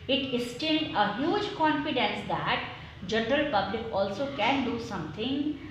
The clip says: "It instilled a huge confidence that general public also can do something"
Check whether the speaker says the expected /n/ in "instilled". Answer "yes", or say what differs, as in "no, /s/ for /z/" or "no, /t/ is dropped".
no, /n/ is dropped